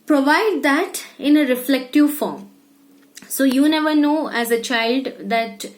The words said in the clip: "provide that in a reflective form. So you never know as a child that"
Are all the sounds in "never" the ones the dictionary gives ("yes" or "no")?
yes